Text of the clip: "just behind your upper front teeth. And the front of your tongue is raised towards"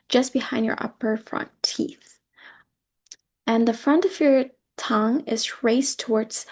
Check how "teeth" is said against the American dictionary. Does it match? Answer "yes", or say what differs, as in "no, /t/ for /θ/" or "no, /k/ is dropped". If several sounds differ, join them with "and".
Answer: yes